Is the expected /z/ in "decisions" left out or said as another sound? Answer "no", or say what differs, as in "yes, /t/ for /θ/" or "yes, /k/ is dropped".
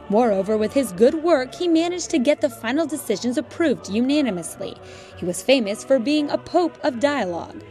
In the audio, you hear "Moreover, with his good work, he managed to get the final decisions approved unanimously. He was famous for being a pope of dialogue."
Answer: no